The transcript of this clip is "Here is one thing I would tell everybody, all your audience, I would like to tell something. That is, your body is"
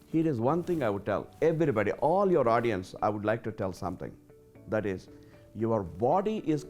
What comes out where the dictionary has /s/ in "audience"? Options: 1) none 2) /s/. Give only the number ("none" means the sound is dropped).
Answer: 2